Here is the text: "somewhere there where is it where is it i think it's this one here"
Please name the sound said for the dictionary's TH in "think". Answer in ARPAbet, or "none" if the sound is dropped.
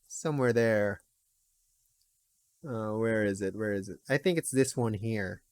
TH